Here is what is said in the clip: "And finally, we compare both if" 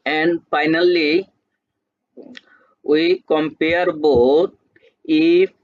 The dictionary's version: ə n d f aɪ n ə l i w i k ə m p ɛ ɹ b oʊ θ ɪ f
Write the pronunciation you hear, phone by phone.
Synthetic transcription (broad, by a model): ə n d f aɪ n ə l i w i k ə m p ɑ ɹ b oʊ t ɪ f